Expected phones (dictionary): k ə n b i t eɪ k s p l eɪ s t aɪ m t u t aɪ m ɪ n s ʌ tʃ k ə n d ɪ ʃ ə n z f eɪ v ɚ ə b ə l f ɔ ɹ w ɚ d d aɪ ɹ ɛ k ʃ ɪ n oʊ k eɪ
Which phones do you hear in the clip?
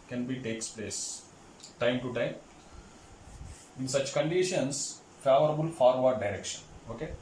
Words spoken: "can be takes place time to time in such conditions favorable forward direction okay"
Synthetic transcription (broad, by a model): k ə n b i t eɪ k s p l eɪ s t aɪ m t u t aɪ m ɪ n s ʌ tʃ k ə n d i ʃ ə n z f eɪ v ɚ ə b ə l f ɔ ɹ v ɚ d d aɪ ɹ ɛ k ʃ ɪ n oʊ k eɪ